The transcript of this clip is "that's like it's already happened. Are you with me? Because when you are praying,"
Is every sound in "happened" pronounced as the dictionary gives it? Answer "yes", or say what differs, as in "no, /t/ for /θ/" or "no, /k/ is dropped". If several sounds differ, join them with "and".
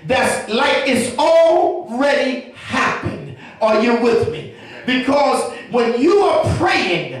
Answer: yes